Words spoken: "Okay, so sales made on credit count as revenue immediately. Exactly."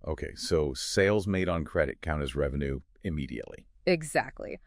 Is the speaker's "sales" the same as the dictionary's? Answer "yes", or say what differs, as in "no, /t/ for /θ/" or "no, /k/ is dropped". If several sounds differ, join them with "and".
yes